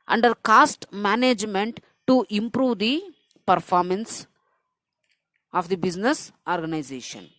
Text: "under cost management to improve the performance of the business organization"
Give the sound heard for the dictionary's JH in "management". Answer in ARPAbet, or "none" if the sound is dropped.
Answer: JH